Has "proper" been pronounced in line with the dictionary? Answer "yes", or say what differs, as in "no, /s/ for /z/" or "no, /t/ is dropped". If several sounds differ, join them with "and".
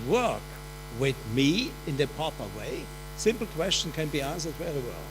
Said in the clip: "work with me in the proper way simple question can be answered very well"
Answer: no, /ɹ/ is dropped